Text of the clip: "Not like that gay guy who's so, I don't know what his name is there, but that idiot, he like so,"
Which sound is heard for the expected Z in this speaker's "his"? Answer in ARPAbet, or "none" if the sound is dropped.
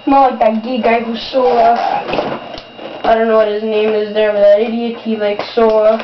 Z